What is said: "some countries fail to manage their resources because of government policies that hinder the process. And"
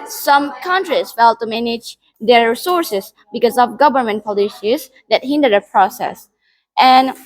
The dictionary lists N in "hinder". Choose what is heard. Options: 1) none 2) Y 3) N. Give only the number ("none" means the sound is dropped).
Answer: 3